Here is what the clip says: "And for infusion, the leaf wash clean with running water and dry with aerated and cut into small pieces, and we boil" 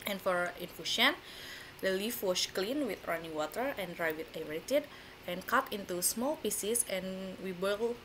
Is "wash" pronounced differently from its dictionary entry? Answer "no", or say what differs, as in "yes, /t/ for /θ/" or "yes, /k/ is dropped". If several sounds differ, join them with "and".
yes, /s/ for /ʃ/